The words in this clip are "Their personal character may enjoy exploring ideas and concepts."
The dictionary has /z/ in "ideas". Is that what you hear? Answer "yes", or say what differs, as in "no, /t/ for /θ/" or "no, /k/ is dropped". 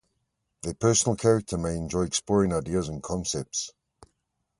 yes